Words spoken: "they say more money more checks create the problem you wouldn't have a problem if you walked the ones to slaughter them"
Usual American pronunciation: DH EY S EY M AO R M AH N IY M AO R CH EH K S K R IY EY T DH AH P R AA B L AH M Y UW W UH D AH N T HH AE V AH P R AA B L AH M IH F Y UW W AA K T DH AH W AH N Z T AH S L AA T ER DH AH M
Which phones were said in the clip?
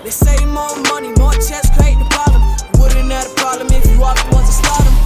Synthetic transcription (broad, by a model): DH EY S EY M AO M AH N IY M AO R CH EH S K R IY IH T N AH P R AA B L AH M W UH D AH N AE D AH P R AA B L AH M IH F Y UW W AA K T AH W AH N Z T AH S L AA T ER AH